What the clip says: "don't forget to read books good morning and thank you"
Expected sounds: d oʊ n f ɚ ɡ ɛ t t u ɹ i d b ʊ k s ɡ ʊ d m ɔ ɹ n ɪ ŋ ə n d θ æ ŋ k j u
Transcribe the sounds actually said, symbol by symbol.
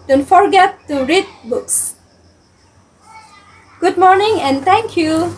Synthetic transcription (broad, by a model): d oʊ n f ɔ ɡ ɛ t t u ɹ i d b ʊ k s ɡ ʊ d m ɔ ɹ n ɪ ŋ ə n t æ ŋ k j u